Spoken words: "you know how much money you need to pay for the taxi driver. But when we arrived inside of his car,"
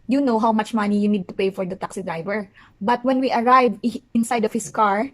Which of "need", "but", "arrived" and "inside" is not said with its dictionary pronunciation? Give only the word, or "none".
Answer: arrived